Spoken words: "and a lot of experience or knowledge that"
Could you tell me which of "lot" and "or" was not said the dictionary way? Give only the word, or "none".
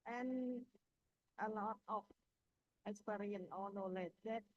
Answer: or